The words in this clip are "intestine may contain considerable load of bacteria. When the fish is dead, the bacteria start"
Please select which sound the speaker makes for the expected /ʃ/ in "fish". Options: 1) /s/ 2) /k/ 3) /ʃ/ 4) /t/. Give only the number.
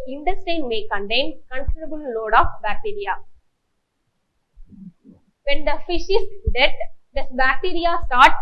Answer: 3